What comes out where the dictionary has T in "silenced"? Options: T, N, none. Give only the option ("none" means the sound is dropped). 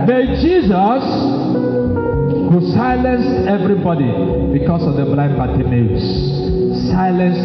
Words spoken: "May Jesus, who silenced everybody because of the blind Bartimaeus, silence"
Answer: none